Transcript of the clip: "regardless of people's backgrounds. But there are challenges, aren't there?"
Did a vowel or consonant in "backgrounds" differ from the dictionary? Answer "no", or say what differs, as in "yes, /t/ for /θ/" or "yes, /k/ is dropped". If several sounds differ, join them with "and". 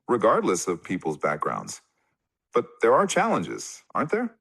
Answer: no